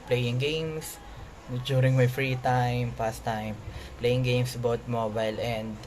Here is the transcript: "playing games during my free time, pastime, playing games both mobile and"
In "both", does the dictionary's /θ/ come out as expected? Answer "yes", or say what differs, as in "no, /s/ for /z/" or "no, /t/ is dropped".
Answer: no, /t/ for /θ/